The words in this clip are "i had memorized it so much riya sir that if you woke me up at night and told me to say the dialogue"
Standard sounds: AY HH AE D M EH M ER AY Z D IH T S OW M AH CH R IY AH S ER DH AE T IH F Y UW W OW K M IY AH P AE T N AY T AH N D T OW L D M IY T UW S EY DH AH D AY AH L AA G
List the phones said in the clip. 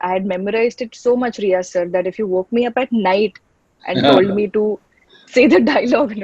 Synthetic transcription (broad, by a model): AY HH D M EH M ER AY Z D IH T S OW M AH CH R IY AH S ER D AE T IH F Y UW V OW K M IY AH P AE T N AY T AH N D T OW L D M IY T UW S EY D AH D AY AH L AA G